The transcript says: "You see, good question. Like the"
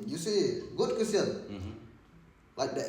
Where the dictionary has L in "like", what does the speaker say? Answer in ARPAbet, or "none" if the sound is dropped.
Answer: W